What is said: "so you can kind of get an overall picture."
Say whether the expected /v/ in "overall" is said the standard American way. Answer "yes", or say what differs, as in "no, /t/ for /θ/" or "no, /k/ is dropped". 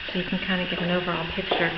yes